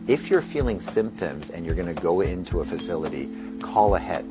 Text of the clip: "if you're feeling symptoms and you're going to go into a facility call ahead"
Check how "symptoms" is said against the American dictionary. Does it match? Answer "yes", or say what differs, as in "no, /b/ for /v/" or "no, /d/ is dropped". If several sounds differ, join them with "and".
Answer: yes